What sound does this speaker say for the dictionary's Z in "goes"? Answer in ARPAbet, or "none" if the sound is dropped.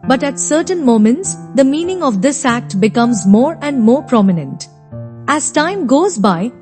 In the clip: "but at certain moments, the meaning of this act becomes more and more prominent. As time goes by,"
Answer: Z